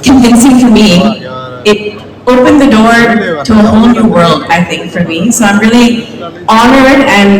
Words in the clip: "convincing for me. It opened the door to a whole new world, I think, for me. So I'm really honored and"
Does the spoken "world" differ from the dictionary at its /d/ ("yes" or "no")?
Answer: no